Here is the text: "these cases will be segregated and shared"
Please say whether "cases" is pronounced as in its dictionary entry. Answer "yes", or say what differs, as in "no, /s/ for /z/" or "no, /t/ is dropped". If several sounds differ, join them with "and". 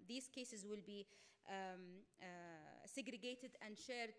yes